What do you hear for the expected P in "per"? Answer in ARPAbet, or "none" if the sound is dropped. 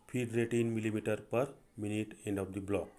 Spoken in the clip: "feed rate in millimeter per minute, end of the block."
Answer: P